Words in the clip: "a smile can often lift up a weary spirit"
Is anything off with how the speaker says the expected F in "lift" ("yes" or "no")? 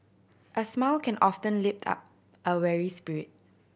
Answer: yes